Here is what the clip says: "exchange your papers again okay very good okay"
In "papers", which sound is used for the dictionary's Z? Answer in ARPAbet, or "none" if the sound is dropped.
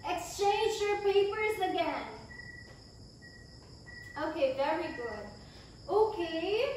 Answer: Z